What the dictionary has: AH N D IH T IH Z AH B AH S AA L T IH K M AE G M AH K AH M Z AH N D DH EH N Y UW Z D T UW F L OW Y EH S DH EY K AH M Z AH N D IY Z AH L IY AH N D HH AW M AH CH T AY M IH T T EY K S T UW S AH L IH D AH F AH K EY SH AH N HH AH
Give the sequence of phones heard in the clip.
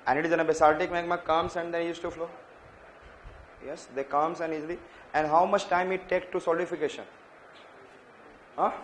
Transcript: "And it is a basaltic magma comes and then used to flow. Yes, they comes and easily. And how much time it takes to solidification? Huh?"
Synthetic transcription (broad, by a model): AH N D IH T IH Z AH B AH S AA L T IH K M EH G M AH K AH M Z AH N D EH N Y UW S T UW F L OW Y EH S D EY K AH M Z AH N D IY Z AH L IY AH N D HH AW M AH CH T AY M IH T T EY K T UW S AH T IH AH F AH K EY SH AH N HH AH